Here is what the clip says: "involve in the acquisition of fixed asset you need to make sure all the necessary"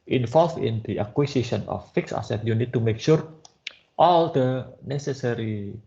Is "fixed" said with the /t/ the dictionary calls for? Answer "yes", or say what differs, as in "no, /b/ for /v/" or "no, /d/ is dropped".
no, /t/ is dropped